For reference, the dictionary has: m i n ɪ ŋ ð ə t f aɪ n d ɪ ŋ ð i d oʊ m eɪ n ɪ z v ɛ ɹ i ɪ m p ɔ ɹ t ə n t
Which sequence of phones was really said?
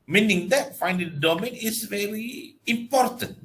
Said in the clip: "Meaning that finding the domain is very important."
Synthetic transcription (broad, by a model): m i n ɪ ŋ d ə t f aɪ n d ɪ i d oʊ m eɪ n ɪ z v ɛ ɹ i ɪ m p ɔ ɹ t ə n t